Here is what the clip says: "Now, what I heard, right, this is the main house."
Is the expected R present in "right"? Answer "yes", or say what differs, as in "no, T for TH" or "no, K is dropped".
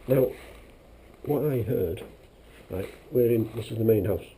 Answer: no, L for R